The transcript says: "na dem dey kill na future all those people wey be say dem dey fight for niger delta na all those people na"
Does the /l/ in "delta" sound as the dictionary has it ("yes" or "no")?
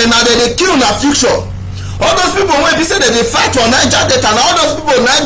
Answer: no